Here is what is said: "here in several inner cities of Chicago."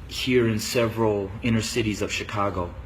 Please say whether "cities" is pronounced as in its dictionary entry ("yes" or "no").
yes